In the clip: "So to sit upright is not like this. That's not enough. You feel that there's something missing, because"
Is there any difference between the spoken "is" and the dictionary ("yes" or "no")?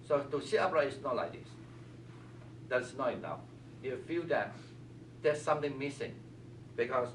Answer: yes